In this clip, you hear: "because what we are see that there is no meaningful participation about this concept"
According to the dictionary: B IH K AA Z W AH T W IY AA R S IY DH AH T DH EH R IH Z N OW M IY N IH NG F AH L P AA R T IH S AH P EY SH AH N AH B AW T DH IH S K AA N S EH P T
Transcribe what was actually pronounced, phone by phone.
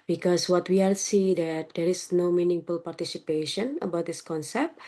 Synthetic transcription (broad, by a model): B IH K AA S W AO T W IY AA L S IY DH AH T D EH R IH S N OW M IY N IH NG F AH L P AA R T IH S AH P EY SH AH N AH B AW T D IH S K AA N S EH P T